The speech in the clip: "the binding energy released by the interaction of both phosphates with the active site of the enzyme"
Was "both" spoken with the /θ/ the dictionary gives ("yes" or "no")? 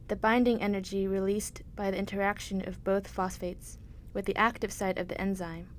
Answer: yes